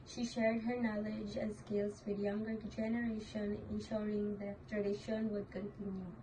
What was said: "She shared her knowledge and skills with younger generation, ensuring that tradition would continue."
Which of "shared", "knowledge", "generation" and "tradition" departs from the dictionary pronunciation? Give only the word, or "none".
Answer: none